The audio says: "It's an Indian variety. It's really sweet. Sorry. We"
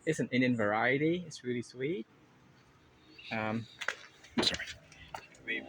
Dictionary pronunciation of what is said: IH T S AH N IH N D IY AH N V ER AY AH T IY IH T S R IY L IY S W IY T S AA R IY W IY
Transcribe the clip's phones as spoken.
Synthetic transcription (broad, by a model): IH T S AH N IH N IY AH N V ER AY AH T IY IH T S R IY L IY S W IY T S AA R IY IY